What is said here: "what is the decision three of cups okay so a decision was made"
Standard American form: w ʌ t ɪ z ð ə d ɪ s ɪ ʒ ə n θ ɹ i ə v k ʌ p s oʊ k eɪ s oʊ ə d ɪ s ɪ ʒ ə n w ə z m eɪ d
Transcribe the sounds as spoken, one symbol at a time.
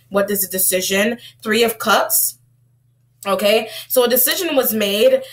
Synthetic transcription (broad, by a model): w ʌ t ɪ z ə d ɪ s ɪ ʒ ə n θ ɹ i ə v k ʌ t s oʊ k eɪ s oʊ ə d ɪ s ɪ ʒ ə n w ə z m eɪ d